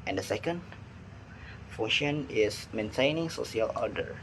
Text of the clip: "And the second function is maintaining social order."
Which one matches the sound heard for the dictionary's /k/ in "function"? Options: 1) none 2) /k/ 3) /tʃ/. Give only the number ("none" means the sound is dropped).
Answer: 1